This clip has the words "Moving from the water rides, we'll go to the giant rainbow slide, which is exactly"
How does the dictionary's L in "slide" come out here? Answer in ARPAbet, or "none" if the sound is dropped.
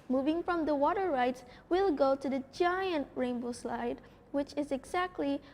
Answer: L